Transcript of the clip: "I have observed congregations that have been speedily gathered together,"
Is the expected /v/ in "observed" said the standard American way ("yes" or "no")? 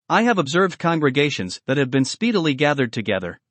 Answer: yes